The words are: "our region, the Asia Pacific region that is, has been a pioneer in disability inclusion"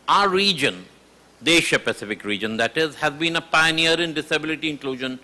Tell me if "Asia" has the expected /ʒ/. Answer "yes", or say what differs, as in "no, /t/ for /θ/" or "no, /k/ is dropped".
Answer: no, /ʃ/ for /ʒ/